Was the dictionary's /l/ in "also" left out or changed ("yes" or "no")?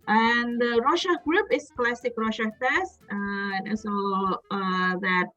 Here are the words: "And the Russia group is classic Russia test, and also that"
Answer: yes